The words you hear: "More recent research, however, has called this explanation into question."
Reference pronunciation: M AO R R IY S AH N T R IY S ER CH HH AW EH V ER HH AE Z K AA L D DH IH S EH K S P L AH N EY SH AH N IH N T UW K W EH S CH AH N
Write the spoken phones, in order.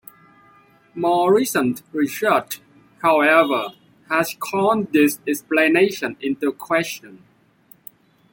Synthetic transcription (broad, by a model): M AO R R IY S AH N T R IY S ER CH HH AW EH V ER HH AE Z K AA N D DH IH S EH K S P L AH N EY SH AH N IH N T UW K W EH S CH AH N